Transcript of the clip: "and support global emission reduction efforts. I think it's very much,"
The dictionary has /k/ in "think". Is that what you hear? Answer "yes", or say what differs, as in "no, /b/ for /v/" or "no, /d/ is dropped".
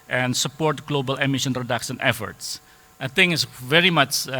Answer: no, /k/ is dropped